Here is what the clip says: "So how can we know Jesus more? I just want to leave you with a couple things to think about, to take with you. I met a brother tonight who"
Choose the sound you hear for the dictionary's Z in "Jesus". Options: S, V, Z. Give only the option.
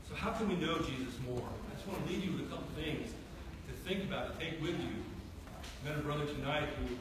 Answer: Z